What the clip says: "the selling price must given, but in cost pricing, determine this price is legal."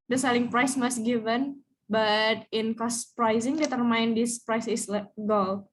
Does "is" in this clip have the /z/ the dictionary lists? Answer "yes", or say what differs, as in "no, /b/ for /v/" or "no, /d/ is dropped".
no, /s/ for /z/